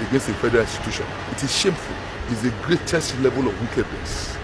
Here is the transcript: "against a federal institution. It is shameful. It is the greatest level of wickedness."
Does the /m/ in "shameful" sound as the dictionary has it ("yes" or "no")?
yes